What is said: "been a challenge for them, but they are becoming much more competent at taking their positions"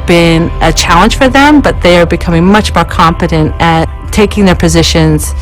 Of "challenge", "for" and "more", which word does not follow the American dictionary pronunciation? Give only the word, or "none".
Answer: challenge